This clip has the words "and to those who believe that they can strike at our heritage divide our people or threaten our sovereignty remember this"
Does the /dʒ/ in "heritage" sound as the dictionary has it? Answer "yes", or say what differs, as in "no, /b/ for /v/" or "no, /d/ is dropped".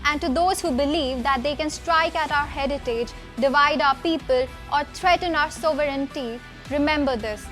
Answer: yes